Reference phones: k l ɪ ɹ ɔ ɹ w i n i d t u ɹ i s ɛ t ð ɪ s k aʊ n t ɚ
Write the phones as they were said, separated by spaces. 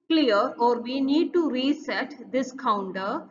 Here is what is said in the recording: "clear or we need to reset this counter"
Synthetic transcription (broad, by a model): k l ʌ ɹ ɔ ɹ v i n i d t u ɹ i s ɛ t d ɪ s k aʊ n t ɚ